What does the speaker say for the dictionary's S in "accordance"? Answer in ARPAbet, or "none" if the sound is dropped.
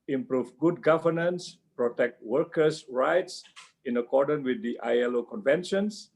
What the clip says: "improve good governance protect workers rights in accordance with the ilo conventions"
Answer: none